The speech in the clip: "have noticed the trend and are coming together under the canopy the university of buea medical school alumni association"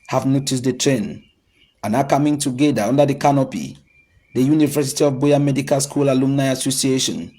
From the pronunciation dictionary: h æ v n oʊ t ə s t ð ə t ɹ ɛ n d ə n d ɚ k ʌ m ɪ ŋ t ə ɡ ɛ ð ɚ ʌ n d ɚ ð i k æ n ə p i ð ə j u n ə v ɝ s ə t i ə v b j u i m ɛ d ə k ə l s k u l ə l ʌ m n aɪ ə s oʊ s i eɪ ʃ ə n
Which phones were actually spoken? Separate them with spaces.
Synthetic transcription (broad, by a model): h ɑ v n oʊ t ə s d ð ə t ɹ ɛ n ə n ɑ k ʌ m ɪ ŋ t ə ɡ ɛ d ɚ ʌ n d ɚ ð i k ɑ n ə p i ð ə j u n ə v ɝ s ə t i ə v b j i m ɛ d ə k ə l s k u l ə l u m n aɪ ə s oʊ s i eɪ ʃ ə n